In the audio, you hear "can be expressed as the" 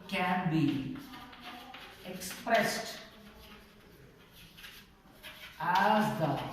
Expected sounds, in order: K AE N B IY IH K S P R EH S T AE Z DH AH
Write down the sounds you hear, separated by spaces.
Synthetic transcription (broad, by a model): K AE N B IY IH K S P R EH S T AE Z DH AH